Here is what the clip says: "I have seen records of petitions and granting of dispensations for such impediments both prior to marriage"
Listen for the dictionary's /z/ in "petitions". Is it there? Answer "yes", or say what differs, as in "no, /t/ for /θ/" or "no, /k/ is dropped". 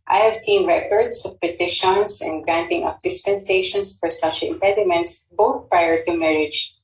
no, /s/ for /z/